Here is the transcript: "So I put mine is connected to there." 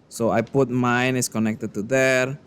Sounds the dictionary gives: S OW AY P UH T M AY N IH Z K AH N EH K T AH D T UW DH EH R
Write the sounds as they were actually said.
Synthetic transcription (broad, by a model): S OW AY P UH T M AY N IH S K AH N EH K T AH D T UW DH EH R